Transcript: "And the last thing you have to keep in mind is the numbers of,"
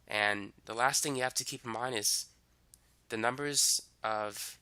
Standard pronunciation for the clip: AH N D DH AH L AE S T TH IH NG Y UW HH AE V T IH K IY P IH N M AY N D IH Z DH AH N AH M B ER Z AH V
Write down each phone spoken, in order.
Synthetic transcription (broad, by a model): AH N DH AH L AE S T TH IH NG Y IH HH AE F T IH K IY P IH M AY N IH Z DH AH N AH M B ER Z AH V